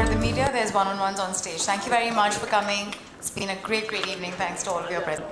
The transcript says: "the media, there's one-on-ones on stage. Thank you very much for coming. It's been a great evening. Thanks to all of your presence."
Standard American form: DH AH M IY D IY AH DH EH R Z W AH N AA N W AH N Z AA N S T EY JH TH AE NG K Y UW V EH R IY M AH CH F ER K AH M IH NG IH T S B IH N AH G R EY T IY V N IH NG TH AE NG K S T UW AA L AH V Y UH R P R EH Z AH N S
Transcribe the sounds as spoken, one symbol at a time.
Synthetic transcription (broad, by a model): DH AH M IY D IY AH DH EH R Z W AH N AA N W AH N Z AA N S T EY JH T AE NG K Y UW V EH R IY M AH CH F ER K AH M IH NG S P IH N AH G R EY T IY V N IH NG T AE NG K S T UW AA L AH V Y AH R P R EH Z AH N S